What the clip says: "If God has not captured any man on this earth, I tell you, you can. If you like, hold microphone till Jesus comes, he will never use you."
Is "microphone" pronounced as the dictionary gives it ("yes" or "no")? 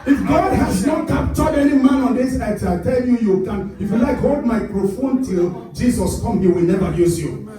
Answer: yes